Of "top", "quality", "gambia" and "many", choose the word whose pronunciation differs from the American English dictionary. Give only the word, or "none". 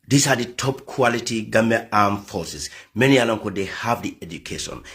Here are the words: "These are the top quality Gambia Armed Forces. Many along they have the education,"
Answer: gambia